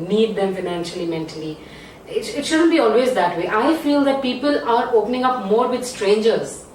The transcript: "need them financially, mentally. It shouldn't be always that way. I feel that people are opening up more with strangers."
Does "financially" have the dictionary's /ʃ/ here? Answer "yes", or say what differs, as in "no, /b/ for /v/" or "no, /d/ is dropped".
yes